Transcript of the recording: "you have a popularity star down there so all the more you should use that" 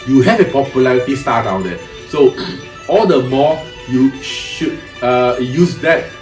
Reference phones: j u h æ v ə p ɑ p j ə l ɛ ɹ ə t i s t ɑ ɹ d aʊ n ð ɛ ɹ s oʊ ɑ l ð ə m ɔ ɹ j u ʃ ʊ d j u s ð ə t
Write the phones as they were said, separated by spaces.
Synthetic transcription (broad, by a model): j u h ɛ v ə p ɑ p j ə l ɛ ɹ ə t i s t ɑ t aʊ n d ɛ s oʊ ɑ l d ə m ɔ j u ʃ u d j u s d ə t